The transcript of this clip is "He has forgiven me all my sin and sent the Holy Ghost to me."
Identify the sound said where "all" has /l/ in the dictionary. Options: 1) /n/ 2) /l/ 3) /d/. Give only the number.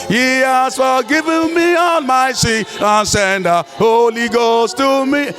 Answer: 1